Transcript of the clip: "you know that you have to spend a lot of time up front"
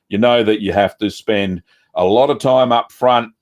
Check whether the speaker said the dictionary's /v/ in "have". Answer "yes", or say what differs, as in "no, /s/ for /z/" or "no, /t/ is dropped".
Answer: no, /f/ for /v/